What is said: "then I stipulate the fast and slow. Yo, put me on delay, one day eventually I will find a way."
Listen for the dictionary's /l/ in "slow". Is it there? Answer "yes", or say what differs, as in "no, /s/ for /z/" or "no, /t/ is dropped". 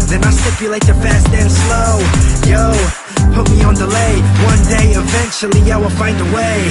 yes